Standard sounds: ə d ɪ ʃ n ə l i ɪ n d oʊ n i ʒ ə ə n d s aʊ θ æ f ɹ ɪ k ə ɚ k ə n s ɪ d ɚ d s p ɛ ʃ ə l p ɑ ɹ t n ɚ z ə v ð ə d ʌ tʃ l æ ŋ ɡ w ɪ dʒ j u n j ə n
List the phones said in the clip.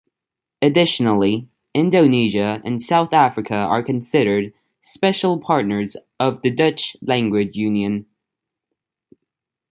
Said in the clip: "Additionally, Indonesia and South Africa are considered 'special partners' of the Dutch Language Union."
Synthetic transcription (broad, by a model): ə d ɪ ʃ n l i ɪ n d oʊ n i ʒ ə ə n s aʊ θ æ f ɹ ɪ k ə ɚ k ə n s ɪ d ɚ d s p ɛ ʃ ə l p ɑ ɹ t n ɚ z ə v ð ə d ʌ tʃ l æ ŋ ɡ w ɪ dʒ j u n j ə n